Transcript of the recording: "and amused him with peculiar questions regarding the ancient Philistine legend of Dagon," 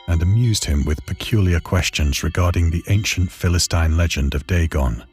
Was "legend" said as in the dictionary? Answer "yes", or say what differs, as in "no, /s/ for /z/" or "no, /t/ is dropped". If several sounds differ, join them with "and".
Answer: yes